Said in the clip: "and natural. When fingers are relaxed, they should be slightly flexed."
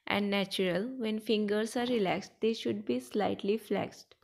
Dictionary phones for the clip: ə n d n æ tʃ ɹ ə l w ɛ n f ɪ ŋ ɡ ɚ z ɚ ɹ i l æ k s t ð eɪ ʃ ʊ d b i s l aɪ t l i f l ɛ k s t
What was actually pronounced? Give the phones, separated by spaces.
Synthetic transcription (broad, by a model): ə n d n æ tʃ ɹ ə l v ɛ n f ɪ ŋ ɡ ɚ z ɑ ɹ i l æ k s t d eɪ ʃ ʊ d b i s l aɪ t l i f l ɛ k s t